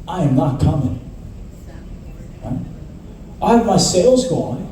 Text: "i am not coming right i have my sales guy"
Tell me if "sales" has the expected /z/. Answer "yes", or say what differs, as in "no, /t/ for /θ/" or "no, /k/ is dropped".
yes